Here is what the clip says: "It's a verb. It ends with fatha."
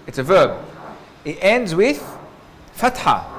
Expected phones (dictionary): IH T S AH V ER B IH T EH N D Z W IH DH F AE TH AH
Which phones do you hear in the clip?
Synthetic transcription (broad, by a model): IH T S AH V ER B IH T EH N D Z W IH DH F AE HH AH